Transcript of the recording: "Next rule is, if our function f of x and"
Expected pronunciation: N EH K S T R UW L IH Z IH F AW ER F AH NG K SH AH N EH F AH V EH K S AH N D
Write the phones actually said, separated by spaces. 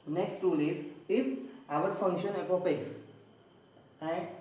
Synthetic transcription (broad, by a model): N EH K S T R UW L IH Z IH F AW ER F AH NG K SH AH N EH P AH P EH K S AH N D